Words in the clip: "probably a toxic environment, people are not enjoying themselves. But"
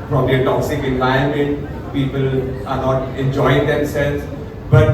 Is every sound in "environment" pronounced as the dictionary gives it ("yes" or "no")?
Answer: no